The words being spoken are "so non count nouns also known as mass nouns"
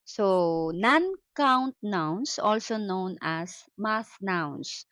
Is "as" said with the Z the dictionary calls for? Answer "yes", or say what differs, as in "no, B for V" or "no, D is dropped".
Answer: no, S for Z